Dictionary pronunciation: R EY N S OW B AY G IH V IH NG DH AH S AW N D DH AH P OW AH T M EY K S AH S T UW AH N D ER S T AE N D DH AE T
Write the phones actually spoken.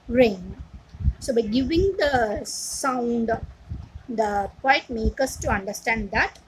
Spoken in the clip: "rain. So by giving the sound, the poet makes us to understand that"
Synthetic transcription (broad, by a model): R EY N S OW B AY G IH V IH NG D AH S AW N D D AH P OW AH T M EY K AH S T UW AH N D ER S T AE N D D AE T